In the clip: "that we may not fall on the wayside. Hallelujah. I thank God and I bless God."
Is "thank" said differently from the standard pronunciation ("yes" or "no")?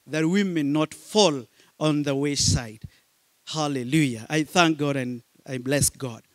no